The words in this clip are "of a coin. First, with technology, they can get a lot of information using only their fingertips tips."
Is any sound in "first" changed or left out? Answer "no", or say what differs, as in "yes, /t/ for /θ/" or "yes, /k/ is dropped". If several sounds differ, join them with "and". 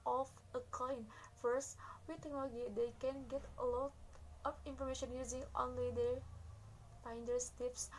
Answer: no